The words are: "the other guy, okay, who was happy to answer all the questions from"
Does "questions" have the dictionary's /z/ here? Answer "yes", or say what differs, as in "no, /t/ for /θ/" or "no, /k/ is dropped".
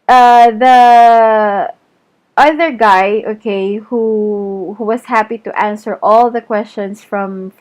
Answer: no, /s/ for /z/